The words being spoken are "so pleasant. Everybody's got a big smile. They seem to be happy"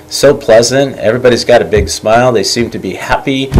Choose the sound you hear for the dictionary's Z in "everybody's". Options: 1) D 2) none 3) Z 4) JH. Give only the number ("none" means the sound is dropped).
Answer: 3